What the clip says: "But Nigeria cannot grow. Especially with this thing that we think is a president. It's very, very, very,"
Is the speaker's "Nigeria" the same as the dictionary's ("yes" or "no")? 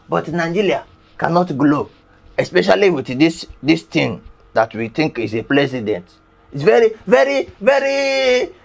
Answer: no